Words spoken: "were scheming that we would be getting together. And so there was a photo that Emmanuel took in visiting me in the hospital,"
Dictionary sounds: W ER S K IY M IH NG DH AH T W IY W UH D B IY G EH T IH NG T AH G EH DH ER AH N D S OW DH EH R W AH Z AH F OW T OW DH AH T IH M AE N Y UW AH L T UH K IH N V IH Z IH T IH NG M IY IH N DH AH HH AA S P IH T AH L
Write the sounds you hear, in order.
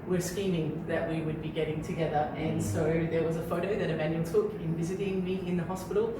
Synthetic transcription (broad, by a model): W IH S K IY M IH NG DH AH T W IY W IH D B IY G EH T IH NG T AH G EH DH ER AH N S OW DH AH R W AH Z AH F OW T OW DH AH T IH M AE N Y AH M T UH K IH N V IH Z IH T IH NG M IY IH N DH AH HH AA S P IH T L